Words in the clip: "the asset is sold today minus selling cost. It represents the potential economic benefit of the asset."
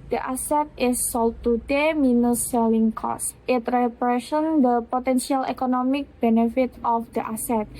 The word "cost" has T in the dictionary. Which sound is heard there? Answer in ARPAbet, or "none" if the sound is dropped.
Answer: T